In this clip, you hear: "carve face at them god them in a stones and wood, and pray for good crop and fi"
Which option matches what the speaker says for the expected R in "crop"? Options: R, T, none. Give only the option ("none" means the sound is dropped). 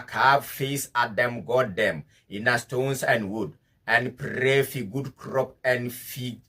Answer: R